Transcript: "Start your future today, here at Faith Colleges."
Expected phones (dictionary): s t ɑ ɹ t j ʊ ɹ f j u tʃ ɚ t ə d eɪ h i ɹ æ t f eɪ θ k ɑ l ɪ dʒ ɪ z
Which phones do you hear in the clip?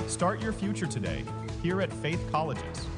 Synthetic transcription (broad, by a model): s t ɑ ɹ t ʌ ɹ f j u tʃ ɚ t ə d eɪ h i ɹ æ t f eɪ θ k ɑ l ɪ dʒ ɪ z